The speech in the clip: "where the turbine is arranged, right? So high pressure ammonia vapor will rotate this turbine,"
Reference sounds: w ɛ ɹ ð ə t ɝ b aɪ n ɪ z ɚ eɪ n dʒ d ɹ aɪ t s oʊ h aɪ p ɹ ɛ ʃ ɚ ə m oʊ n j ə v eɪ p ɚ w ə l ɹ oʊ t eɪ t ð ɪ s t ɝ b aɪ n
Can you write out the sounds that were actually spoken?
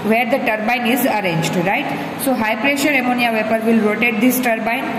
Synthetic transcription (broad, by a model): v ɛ ɹ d ə t ɝ b aɪ n ɪ z ɚ eɪ n dʒ d ɹ aɪ t s oʊ h aɪ p ɹ ɛ ʃ ɚ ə m oʊ n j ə v eɪ p ɚ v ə l ɹ oʊ t eɪ t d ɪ s t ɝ b aɪ n